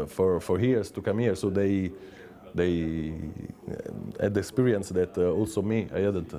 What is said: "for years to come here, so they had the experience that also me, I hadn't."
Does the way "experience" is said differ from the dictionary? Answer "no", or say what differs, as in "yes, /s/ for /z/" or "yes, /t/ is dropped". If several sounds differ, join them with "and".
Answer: no